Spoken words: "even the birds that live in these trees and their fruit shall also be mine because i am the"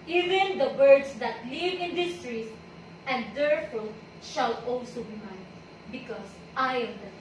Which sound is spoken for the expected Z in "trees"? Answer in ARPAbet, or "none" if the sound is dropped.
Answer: S